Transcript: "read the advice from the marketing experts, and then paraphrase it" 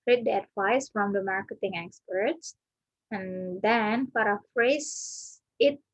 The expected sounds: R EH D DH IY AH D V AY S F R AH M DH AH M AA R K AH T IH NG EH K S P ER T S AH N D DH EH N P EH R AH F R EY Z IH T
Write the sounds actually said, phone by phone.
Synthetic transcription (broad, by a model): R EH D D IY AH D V AY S F R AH M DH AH M AA R K AH T IH NG EH K S P ER T S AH N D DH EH N F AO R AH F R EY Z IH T